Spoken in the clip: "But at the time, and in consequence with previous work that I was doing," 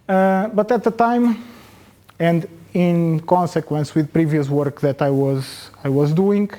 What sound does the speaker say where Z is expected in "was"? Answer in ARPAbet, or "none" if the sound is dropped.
Z